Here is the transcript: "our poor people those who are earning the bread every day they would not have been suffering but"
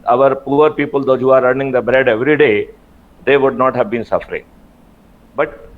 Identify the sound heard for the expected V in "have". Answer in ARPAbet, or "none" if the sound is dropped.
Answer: V